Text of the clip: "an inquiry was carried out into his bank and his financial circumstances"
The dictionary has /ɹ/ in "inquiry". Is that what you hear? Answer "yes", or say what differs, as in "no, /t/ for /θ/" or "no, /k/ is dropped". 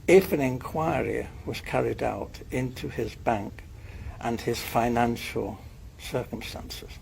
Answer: yes